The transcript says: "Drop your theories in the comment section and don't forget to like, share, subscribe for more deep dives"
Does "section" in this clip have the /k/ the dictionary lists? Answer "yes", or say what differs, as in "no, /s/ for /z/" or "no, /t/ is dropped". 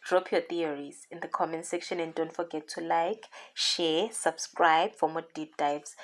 yes